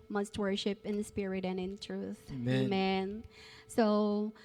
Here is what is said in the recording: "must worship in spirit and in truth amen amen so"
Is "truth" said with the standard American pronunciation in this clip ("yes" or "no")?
yes